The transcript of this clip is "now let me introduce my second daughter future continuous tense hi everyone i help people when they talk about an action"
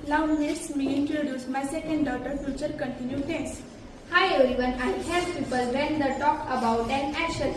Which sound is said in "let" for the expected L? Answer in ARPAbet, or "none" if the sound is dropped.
N